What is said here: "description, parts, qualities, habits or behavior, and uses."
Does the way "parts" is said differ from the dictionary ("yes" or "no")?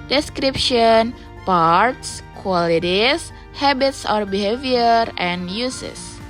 no